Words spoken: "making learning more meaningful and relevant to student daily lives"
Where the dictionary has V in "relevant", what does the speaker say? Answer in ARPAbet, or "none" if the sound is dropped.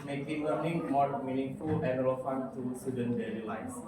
F